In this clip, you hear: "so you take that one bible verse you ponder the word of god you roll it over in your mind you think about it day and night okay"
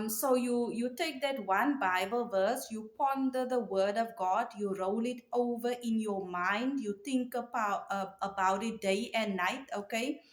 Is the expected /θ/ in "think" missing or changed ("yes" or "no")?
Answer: yes